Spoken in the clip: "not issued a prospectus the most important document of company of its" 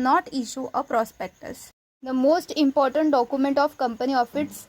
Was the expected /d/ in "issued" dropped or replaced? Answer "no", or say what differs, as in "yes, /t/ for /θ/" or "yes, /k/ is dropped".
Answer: yes, /d/ is dropped